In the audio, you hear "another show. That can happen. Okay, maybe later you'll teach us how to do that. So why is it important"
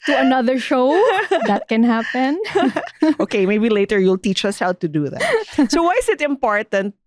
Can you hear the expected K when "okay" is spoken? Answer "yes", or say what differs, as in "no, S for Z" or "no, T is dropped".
yes